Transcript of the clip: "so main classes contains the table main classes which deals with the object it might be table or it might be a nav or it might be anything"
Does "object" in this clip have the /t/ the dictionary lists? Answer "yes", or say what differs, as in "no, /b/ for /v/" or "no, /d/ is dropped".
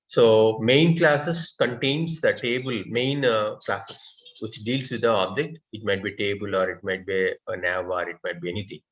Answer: yes